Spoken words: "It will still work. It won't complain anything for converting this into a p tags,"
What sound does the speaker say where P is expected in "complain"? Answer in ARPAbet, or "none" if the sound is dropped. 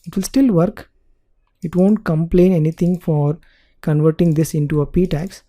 P